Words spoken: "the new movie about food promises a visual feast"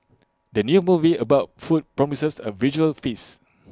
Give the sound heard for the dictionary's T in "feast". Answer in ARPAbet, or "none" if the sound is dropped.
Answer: none